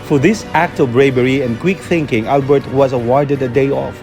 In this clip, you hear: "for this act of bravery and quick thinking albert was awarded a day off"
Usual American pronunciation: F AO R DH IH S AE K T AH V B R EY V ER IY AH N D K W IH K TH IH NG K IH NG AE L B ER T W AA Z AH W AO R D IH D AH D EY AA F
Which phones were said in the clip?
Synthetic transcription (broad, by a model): F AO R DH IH S AE K T AH V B R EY B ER IY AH N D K W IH K TH IH NG K IH NG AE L B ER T W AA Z AH W AO R D IH D AH D EY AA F